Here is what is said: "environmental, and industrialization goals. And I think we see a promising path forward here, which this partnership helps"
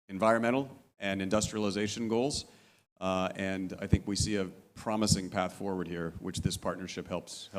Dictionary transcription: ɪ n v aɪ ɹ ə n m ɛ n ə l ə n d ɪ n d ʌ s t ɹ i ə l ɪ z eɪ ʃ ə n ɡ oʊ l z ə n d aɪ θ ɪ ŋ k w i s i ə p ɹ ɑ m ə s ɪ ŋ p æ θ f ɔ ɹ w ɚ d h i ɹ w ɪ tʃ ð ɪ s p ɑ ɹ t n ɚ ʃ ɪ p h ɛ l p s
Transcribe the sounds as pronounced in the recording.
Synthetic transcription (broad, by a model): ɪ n v aɪ ɹ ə n m ɛ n l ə n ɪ n d ʌ s t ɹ i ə l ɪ z eɪ ʃ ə n ɡ oʊ l z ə n aɪ θ ɪ ŋ k w i s i ə p ɹ ɑ m ə s ɪ ŋ p æ θ f ɔ ɹ w ɚ d h i ɹ w ɪ tʃ ð ɪ s p ɑ ɹ t n ɚ ʃ ɪ p h ɛ l p s